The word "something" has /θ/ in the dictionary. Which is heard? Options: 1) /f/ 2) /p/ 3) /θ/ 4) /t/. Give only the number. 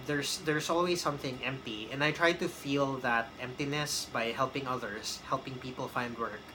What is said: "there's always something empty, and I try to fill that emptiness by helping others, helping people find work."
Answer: 3